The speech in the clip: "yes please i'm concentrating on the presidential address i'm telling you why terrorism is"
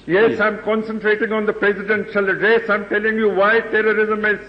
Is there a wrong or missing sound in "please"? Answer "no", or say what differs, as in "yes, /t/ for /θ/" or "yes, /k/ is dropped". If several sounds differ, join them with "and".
yes, /z/ is dropped